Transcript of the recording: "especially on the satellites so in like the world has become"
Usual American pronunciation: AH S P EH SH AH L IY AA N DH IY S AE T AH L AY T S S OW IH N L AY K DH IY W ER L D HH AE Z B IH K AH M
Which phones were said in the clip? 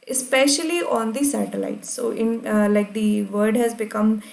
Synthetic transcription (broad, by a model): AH S P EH SH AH L IY AA N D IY S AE T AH L AY T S S OW IH N L AY K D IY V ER D HH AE Z B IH K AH M